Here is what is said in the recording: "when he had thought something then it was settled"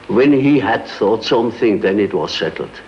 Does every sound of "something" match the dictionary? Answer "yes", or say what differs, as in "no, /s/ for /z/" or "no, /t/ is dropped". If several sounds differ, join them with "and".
yes